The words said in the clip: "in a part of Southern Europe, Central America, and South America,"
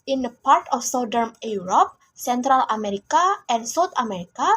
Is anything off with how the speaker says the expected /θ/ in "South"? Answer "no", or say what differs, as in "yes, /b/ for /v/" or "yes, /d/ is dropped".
yes, /t/ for /θ/